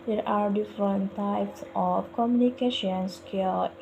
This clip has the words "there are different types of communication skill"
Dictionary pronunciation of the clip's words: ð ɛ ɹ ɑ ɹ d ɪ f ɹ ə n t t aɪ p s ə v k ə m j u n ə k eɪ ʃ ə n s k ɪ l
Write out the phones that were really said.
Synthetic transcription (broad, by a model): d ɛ ɹ ɑ ɹ d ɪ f ɹ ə n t t aɪ p s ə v k ə m j u n ə k eɪ ʃ ə n s k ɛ l